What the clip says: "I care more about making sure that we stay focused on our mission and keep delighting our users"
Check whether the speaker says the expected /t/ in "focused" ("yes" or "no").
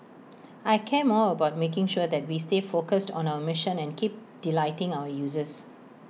yes